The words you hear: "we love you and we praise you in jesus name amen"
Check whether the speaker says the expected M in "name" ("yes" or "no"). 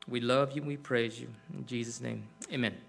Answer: yes